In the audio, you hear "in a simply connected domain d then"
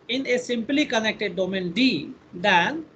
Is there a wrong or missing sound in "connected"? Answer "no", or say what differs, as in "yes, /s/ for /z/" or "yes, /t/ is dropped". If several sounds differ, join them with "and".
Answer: no